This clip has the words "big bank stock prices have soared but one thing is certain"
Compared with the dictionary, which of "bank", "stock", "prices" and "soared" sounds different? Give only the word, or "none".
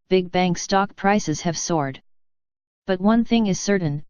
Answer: none